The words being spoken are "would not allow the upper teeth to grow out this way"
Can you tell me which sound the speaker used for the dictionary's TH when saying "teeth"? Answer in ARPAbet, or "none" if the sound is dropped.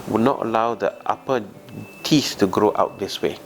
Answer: S